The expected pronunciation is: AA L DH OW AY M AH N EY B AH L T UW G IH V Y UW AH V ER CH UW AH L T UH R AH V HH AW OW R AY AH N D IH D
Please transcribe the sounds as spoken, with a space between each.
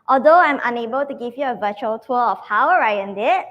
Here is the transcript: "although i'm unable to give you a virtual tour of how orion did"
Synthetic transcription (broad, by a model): AA L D OW AY M AH N EY B AH L T UW G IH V Y UW AH V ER CH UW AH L T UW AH F HH AW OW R AY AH N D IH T